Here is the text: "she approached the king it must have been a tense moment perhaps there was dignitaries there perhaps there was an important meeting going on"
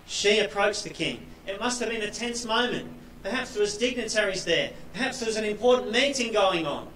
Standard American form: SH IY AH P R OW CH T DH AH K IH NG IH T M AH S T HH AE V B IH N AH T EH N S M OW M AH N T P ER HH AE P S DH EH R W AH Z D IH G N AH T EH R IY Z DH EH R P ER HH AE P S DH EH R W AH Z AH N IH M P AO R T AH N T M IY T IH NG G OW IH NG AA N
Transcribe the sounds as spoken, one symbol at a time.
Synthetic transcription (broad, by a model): SH IY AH P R OW CH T DH AH K IH NG IH T M AH S T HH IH V B IH N AH T EH N S M OW M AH N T P ER HH AE P S DH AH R W AH Z D IH G N AH T EH R IY Z DH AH R P ER HH AE P S DH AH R W AH Z AH N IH M P AO R T N M IY T IH NG G OW IH NG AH N